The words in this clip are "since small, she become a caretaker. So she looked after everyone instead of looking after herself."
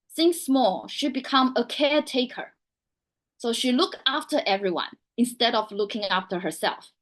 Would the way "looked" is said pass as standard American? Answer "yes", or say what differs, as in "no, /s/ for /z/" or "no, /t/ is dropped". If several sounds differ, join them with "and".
no, /t/ is dropped